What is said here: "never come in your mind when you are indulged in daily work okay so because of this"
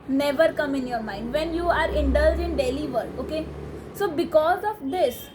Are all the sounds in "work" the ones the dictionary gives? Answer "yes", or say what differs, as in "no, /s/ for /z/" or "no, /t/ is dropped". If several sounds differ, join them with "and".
no, /k/ is dropped